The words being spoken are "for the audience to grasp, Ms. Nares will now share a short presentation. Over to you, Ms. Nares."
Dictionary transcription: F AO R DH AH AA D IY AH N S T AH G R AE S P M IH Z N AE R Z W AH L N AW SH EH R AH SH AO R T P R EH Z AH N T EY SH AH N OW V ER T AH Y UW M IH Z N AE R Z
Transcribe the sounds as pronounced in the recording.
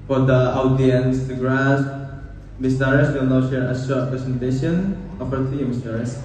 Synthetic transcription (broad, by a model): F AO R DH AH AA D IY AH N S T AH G R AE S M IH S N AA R S W AH L N AW SH EH R AH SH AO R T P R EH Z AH N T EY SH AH N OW P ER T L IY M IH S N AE R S